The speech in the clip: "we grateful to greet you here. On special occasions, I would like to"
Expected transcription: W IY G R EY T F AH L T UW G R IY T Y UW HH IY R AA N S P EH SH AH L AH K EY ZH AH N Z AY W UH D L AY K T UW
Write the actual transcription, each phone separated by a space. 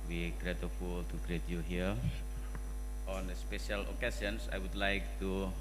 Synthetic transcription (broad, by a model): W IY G R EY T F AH L T UW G R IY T Y UW HH IY R AA N S P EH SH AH L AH K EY S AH N S AY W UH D L AY K T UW